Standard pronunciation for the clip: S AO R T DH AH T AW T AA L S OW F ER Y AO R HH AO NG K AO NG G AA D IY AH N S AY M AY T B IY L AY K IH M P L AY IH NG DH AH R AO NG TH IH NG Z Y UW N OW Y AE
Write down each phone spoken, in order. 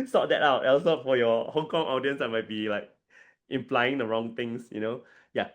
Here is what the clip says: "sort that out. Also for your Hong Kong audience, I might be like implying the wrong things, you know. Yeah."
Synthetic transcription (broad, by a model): S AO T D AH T AW T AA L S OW F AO Y AO HH AO NG K AO NG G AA D IY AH N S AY M AY T B IY L AY K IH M P L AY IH NG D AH R AO NG T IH NG S Y UW N OW Y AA